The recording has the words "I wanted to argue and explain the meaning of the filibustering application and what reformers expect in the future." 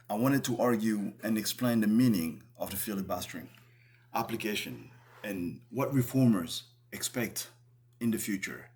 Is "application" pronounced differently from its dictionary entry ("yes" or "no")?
no